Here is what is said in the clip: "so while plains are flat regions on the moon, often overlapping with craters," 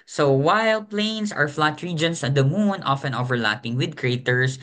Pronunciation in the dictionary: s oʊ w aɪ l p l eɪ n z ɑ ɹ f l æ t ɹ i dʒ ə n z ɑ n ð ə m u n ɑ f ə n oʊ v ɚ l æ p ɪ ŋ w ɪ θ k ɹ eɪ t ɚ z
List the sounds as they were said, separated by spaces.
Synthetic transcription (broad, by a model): s oʊ w aɪ l p l eɪ n s ɑ ɹ f l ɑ t ɹ i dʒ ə n s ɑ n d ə m u n ɑ f ə n oʊ v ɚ l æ p ɪ ŋ w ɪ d k ɹ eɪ t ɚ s